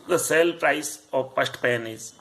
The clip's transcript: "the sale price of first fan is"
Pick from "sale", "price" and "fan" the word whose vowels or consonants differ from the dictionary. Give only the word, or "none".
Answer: fan